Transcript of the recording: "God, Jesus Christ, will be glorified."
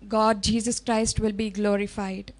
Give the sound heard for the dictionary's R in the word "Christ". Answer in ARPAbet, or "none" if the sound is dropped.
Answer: R